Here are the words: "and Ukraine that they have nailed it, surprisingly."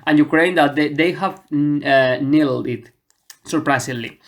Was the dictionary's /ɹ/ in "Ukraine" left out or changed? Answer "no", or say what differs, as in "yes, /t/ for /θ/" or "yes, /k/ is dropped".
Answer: no